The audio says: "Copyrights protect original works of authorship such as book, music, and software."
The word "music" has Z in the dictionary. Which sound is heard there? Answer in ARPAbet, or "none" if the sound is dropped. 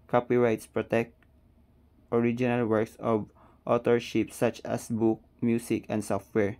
S